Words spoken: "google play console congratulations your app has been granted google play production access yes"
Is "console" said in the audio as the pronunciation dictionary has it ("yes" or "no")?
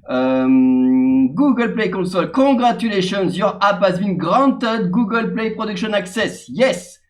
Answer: no